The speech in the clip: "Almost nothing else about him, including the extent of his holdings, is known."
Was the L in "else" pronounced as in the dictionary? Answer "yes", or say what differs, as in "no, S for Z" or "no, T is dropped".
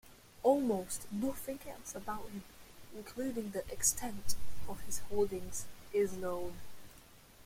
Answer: no, L is dropped